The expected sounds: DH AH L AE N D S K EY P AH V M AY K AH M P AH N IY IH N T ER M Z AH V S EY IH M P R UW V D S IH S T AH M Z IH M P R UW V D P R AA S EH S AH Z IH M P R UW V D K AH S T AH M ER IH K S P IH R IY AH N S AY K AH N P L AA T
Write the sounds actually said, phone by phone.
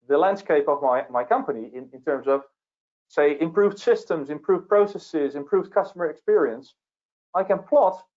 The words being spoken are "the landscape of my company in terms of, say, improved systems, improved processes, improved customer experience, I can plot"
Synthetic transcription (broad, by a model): DH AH L AE N D S K EY P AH V M AY K AH M P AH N IY IH N T ER M Z AH V S EY IH M P R UW V D S IH S T AH M Z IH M P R UW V P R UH S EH S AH Z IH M P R UW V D K AH S T AH M ER IH K S P IH R IY AH N S AY K AH N P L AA T